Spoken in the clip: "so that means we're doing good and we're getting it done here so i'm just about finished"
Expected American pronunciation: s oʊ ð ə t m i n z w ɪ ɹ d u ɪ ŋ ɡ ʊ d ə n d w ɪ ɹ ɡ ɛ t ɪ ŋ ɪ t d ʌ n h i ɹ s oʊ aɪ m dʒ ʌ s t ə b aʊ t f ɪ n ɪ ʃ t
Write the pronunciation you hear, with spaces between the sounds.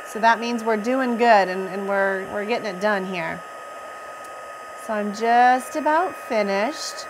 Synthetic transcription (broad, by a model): s oʊ ð ə t m i n z w ɪ ɹ d u ɪ ŋ ɡ ʊ d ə n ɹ w ɪ ɹ ɡ ɛ t ɪ ŋ ɪ t d ʌ n h i ɹ s oʊ aɪ m dʒ ʌ s t ə b aʊ t f ɪ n ɪ ʃ t